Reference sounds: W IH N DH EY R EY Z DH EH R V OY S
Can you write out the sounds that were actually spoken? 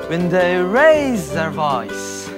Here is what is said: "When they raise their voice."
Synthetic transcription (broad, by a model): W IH N DH EY R EY Z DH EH R V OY S